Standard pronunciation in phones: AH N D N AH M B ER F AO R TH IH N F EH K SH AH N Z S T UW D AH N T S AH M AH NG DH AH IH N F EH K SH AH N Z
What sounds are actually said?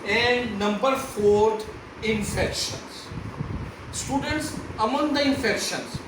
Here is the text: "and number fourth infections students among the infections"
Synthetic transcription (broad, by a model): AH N D N AH M B ER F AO R T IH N F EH K SH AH N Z S T UW D AH N T S AH M AH NG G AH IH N F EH K SH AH N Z